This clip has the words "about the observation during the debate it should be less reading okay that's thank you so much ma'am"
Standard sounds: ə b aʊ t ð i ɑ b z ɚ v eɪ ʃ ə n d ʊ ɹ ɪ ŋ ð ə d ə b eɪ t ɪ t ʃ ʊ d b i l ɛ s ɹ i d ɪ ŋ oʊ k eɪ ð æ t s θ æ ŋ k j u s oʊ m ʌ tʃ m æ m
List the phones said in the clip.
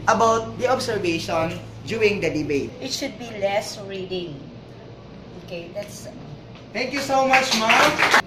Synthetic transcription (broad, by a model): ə b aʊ t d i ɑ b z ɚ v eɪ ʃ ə n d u ɪ ŋ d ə d ə b eɪ t ɪ t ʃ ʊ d b i l ɛ s ɹ i d ɪ ŋ oʊ k eɪ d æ t s t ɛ ŋ k j u s oʊ m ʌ tʃ m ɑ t